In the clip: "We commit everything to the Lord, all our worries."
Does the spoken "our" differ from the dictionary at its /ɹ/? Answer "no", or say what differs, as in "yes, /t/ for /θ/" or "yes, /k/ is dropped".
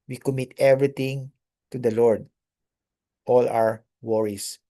yes, /w/ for /ɹ/